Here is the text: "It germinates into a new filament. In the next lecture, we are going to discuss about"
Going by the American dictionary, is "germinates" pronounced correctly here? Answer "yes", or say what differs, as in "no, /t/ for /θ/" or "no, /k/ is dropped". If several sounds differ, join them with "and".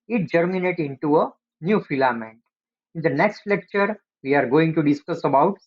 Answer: no, /s/ is dropped